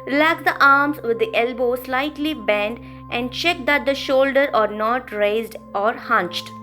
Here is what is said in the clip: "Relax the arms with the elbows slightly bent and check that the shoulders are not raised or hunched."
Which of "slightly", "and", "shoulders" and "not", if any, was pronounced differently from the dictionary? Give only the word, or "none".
shoulders